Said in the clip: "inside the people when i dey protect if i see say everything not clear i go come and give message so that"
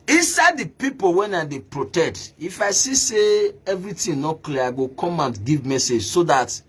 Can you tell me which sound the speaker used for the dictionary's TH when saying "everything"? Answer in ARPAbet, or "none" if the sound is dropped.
T